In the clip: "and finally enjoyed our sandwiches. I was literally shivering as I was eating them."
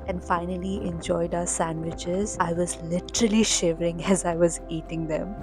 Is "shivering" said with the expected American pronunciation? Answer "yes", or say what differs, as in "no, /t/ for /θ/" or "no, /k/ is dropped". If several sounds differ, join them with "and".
yes